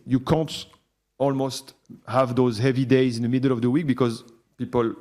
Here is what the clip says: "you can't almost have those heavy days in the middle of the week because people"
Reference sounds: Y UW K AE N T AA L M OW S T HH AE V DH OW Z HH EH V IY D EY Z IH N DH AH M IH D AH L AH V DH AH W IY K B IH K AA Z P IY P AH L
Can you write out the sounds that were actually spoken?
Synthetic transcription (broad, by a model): Y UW K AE N T AA L M OW S T HH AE V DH OW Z HH EH V IY D EY Z IH N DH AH M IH D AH L AH V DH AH W IY K B IH K AA Z P IY P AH L